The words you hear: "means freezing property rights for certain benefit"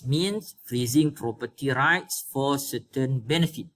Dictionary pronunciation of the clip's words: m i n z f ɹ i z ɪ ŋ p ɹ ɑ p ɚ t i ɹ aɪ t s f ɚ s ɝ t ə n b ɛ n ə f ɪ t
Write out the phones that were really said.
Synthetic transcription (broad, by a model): m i n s f ɹ i z ɪ ŋ p ɹ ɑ p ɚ t i ɹ aɪ t s f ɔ s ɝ t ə n b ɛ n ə f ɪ t